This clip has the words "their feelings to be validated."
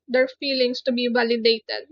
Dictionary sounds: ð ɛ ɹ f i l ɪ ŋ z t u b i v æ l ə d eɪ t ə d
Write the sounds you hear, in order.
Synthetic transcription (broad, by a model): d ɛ ɹ f i l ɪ ŋ s t u b i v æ l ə d eɪ t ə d